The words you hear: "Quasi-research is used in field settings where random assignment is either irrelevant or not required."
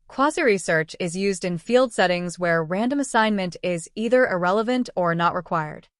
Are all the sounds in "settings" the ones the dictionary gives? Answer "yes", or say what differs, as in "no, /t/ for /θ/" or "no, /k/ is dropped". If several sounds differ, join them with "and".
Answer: yes